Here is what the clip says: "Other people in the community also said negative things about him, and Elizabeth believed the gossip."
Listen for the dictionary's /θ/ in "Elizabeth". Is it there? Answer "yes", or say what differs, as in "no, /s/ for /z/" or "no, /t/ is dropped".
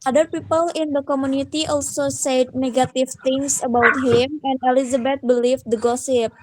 no, /t/ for /θ/